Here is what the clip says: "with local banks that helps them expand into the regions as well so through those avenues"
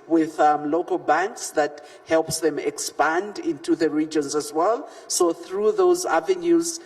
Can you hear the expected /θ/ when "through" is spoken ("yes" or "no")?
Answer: yes